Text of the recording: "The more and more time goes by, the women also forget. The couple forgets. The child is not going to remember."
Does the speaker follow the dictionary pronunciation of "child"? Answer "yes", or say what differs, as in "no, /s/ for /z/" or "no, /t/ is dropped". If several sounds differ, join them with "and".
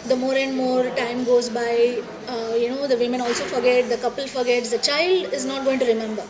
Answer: yes